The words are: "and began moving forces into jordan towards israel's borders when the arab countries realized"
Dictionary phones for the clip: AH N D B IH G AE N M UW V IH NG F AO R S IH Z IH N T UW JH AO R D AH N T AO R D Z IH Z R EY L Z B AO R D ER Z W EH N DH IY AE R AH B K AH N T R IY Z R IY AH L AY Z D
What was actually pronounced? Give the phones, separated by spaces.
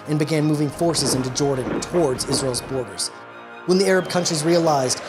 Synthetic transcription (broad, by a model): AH N B IH G AE N M UW V IH NG F AO R S IH Z IH N T UW JH AO R D N T AO R D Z IH Z R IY L Z B AO R D ER Z W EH N DH IY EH R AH B K AH N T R IY Z R IY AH L AY Z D